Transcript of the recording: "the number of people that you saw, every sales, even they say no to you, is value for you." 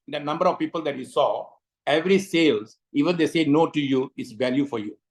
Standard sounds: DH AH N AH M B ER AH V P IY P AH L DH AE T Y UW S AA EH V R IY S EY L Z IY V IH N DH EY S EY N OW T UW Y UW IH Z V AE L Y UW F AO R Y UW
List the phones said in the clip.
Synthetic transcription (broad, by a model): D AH N AH M B ER AH V P IY P AH L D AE T Y UW S AA EH V R IY S EY L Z IY V IH N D EY S EY N OW T UW Y UW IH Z V AE L Y UW F AO R Y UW